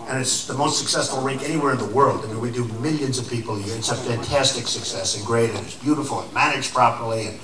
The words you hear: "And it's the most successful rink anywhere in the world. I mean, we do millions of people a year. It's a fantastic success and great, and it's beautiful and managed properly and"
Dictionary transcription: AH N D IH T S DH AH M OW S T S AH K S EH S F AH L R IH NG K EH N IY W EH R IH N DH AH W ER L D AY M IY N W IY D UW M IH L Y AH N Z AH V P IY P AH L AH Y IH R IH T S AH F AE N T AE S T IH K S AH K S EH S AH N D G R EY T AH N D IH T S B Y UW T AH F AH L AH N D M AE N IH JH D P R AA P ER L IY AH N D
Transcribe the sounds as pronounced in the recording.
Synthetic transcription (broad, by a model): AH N IH T S DH AH M OW S T S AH K S EH S F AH L R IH NG K EH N IY W EH R IH N DH AH W ER L D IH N W IY D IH M IH L Y AH N Z AH V P IY P L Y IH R IH T S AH F AE N T AE S T IH K S AH K S EH S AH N G R EY T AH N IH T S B Y UW T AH F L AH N M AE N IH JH P R AA P ER L IY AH N